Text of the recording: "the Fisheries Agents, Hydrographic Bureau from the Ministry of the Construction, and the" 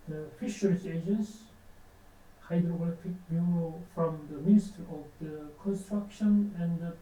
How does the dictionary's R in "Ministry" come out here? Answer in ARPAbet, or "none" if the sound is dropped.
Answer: none